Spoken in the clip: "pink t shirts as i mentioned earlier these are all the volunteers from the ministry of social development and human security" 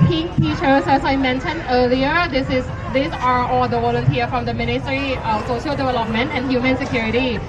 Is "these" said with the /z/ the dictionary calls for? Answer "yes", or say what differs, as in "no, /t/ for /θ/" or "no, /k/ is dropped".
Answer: no, /s/ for /z/